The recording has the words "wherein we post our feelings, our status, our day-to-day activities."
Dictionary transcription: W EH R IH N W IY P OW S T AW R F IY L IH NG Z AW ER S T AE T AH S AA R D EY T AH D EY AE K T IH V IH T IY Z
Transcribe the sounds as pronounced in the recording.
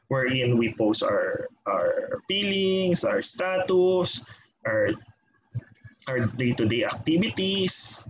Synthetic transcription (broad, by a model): W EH R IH N W IY P OW S T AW R P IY L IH NG S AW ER S T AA T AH S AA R D EY T AH D EY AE K T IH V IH T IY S